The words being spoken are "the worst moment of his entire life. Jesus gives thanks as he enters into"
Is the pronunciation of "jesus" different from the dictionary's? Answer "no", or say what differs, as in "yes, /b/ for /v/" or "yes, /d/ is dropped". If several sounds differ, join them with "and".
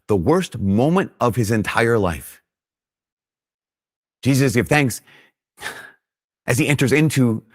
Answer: no